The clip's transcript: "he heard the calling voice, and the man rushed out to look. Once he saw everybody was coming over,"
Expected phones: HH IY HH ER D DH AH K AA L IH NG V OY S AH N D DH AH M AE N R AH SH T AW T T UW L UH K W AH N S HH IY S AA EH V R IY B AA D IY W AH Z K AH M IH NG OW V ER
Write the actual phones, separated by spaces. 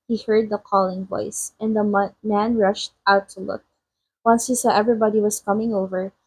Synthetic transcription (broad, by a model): HH IY HH ER D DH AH K AA L IH NG V OY S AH N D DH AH M AE N R AH SH T AW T T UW L UH K W AH N S HH IY S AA EH V R IY B AA D IY W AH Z K AH M IH NG OW V ER